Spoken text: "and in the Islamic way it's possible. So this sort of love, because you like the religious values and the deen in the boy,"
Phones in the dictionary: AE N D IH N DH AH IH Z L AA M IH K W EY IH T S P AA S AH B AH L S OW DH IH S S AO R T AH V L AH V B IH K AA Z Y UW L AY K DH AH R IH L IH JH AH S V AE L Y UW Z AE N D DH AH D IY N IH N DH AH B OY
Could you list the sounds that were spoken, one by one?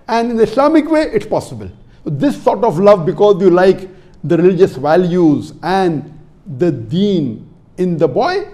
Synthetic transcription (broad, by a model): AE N D IH N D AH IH S L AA M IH K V EY IH T S P AA S AH B AH L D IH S S AO R T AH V L AH V B IH K AA Z Y UW L AY K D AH R IH L IH JH AH S V AE L Y UW Z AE N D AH D IY N IH N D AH B OY